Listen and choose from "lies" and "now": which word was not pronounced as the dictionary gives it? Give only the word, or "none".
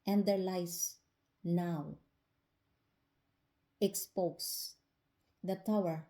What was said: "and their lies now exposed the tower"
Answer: lies